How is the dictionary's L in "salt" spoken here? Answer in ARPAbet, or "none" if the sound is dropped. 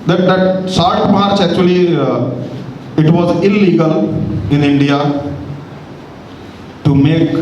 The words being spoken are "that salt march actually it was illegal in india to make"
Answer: none